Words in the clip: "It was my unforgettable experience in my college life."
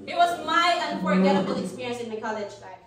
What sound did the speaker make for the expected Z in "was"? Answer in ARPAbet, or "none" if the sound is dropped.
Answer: Z